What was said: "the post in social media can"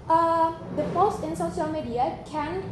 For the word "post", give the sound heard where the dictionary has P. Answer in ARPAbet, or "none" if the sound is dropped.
F